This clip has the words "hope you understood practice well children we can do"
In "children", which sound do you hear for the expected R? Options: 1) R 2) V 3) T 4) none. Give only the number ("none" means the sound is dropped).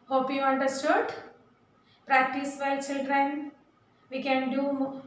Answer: 1